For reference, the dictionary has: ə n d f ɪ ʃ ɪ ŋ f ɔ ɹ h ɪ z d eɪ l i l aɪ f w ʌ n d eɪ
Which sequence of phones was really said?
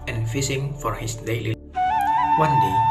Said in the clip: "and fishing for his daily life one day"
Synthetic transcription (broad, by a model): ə n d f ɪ s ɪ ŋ f ɔ ɹ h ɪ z d eɪ l i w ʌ n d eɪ